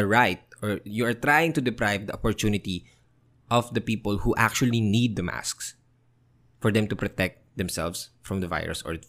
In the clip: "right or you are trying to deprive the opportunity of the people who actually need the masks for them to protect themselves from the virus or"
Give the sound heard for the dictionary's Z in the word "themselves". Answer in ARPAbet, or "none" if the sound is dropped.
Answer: S